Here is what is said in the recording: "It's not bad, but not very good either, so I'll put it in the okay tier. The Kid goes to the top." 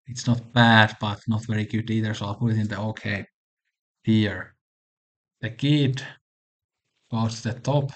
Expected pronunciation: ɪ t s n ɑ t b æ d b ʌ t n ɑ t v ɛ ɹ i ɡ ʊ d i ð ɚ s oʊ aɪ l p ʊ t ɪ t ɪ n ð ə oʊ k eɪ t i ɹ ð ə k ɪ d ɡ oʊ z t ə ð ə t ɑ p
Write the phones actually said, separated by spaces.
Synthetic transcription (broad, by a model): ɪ t s n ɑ t b æ d b ʌ t n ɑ t v ɛ ɹ i ɡ ʊ d i ð ɚ s oʊ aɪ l p ʊ t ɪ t ɪ n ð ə oʊ k eɪ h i ɹ ð ə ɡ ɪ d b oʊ t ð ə t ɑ p